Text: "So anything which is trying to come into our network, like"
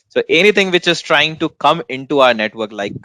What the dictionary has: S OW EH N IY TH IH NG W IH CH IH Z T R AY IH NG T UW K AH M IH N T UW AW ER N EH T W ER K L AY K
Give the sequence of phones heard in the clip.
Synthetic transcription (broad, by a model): S OW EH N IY T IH NG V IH CH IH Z T R AY IH NG T UW K AH M IH N T UW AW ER N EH T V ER K L AY K